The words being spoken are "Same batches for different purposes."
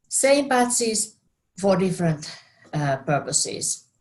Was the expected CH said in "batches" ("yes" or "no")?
no